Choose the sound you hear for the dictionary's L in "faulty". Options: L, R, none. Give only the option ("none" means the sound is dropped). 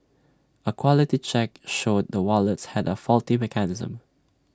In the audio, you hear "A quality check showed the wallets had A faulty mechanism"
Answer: L